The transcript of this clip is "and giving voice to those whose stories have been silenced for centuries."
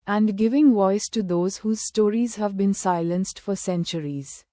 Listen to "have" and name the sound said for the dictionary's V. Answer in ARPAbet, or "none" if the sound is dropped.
V